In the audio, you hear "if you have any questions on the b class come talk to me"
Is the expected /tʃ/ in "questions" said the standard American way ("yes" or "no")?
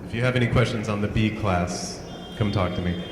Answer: yes